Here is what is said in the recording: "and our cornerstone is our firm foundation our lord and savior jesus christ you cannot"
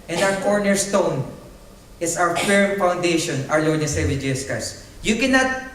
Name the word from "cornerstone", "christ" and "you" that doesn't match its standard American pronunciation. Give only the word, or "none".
christ